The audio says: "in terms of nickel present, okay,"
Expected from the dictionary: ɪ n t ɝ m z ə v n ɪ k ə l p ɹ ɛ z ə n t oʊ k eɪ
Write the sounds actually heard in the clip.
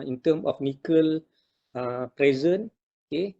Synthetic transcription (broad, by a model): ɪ n t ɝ m ə f n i k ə l p ɹ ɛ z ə n oʊ k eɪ